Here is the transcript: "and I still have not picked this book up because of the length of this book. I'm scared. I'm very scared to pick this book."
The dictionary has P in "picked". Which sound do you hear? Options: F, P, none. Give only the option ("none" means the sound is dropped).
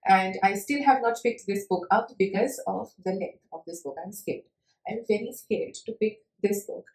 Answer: F